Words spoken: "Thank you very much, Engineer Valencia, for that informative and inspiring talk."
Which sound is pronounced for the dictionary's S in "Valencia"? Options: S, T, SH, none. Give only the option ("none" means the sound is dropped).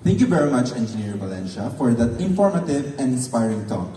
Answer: SH